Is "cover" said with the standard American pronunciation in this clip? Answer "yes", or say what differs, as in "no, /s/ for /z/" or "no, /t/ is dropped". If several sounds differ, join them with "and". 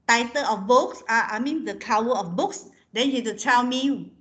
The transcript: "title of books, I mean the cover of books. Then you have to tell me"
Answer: no, /w/ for /v/